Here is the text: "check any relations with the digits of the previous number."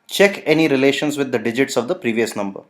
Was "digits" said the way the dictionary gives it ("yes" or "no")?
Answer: yes